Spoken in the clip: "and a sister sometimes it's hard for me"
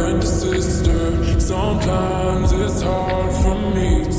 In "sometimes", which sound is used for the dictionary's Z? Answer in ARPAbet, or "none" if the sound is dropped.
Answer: Z